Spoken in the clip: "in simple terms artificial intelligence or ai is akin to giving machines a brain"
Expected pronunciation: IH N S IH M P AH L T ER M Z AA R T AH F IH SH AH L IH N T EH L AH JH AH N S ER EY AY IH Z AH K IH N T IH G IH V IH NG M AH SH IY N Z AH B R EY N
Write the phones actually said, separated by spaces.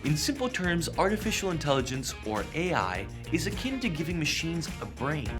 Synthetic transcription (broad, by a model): IH N S IH M P L T ER M Z AA R T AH F IH SH L IH N T EH L AH JH AH N S ER EY AY IH Z AH K IH N T IH G IH V IH NG M AH SH IY N Z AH B R EY N